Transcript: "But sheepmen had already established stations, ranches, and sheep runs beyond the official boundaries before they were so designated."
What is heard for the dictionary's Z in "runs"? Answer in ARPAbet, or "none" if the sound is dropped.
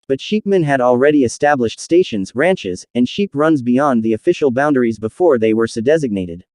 Z